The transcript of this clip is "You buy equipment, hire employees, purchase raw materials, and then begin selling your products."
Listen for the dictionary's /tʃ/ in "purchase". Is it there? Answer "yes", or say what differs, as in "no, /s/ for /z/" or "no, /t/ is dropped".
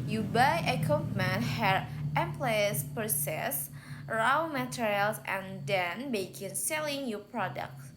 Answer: no, /s/ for /tʃ/